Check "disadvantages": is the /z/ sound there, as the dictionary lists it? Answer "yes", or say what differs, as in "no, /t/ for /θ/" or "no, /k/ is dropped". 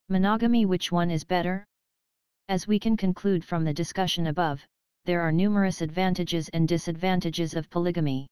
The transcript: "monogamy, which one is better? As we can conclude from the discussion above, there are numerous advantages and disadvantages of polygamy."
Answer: yes